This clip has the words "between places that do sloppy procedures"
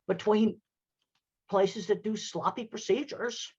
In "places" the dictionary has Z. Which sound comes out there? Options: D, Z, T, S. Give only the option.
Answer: Z